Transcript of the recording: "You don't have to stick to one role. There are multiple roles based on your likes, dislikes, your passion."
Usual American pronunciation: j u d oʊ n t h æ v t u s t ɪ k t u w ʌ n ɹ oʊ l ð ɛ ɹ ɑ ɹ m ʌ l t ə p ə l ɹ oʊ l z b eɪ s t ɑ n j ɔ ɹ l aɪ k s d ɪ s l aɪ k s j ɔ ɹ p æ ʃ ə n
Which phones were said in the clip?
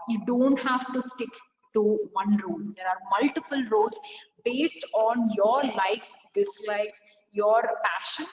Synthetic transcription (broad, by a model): j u d oʊ n t h æ v t u s t ɪ k t u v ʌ n ɹ oʊ l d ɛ ɹ ɑ ɹ m ʌ l t ə p ə l ɹ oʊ l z b eɪ s t ɑ n j ɔ ɹ l aɪ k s d ɪ s l aɪ k s j ɔ ɹ p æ ʃ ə n